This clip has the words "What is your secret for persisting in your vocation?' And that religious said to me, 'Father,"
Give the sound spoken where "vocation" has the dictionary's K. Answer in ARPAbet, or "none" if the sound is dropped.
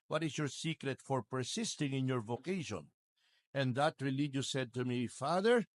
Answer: K